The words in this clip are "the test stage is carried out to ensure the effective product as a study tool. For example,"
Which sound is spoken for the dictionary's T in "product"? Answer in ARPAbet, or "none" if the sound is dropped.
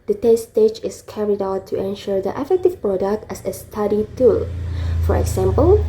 T